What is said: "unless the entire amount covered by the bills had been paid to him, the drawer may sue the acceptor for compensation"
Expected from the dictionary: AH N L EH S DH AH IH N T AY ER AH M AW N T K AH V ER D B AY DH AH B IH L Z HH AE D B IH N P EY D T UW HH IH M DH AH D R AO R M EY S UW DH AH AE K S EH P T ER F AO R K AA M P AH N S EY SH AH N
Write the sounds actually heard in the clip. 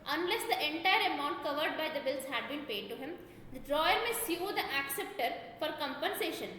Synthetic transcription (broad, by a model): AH N L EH S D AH IH N T AY ER AH M AW N T K AH V ER D B AY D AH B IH L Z HH AE D B IH N P EY D T UW HH IH M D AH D R AO R M EY S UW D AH AE K S EH P T ER F AO R K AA M P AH N S EY SH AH N